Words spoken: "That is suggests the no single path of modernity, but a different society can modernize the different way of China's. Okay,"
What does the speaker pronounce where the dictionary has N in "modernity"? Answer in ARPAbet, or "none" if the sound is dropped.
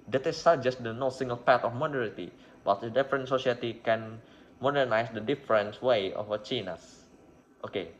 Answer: none